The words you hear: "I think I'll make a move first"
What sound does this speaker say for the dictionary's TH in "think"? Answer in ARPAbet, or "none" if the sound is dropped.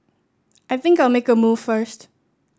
TH